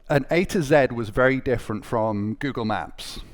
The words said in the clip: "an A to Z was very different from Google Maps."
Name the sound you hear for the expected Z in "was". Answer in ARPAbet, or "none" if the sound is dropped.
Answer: Z